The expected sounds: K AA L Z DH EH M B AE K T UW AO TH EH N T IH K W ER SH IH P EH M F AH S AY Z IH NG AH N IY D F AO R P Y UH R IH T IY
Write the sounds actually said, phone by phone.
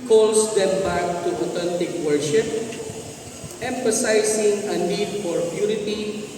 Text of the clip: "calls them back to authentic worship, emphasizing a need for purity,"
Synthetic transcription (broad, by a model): K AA L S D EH M B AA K T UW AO T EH N T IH K W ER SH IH P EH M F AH S AY S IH NG AH N IY D F AO R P Y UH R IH T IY